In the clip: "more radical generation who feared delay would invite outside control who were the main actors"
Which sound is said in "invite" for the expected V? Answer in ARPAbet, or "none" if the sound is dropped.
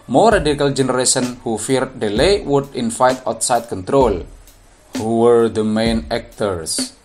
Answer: F